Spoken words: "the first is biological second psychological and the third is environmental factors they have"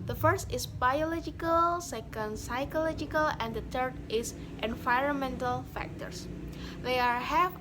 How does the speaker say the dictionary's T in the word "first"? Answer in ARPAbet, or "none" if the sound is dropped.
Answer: T